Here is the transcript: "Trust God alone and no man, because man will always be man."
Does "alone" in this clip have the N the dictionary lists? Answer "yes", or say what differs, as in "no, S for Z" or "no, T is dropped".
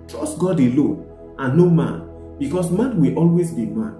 no, N is dropped